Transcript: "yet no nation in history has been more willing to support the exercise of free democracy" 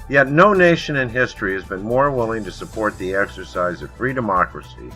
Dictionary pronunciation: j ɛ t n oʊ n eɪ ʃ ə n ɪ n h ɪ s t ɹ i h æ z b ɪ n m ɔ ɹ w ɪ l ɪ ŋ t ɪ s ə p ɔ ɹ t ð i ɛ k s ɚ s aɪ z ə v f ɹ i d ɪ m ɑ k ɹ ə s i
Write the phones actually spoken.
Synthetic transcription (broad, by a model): j ɛ t n oʊ n eɪ ʃ ə n ɪ n h ɪ s t ɹ i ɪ z b ɪ n m ɔ ɹ w ɪ l ɪ ŋ t ɪ s ə p ɔ ɹ t ð i ɛ k s ɚ s aɪ z ə v f ɹ i d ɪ m ɑ k ɹ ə s i